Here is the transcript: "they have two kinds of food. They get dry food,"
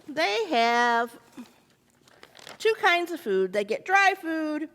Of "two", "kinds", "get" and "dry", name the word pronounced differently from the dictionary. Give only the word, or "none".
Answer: none